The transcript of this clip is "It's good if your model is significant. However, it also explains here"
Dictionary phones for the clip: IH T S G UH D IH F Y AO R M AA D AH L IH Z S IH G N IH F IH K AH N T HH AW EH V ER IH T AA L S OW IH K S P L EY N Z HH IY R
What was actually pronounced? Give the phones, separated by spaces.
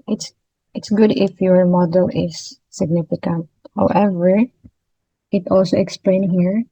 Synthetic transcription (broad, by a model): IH T S G UH D IH F Y AO R M AA D AH L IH S IH G N IH F IH K AH N T HH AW EH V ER IH T AA L S OW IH K S P L EY N HH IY R